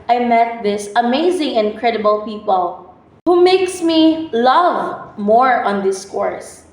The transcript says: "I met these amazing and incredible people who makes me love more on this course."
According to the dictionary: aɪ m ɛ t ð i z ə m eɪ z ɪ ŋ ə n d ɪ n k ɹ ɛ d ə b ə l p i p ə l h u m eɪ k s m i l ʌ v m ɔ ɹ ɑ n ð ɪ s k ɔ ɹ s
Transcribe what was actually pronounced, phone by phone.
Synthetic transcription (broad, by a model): aɪ m ɛ t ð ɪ s ə m eɪ z ɪ ŋ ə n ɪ n k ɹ ɛ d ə b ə l p i p ə l h u m eɪ k s m i l ʌ v m ɔ ɹ ɑ n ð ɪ s k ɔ ɹ s